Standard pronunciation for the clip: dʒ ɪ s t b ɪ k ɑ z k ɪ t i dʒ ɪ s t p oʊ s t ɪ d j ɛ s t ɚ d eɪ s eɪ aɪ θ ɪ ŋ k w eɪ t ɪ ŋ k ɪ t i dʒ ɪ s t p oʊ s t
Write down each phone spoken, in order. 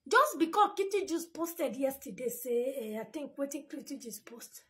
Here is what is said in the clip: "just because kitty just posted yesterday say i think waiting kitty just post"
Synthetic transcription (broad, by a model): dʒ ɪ s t b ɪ k ɑ k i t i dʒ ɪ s p oʊ s t ɪ d j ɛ s t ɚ d eɪ s eɪ aɪ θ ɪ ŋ k w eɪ t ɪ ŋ k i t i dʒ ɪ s p oʊ s t